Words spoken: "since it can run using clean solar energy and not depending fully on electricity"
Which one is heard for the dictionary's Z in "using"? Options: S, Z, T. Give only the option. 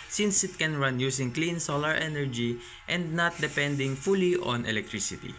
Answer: S